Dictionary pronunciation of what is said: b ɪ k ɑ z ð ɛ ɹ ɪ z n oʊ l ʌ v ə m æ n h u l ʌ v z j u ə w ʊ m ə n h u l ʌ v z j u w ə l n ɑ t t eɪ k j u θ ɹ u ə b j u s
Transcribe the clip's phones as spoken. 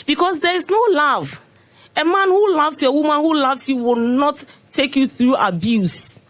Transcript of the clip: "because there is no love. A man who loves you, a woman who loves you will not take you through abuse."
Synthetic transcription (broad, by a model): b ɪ k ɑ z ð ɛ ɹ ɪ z n oʊ l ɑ v ə m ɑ n h u l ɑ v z j ə w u m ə n h u l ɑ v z j u w ə l n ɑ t t eɪ k j u θ ɹ u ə b j u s